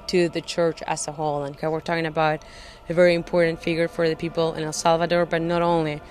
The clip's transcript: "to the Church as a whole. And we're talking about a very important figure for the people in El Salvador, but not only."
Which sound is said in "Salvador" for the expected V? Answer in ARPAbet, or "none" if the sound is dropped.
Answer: V